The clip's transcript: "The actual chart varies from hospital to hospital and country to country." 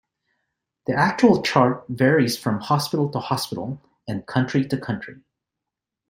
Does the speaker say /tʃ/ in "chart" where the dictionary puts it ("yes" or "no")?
yes